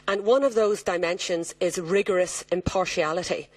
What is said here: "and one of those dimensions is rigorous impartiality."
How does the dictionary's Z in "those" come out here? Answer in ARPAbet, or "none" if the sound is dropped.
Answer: Z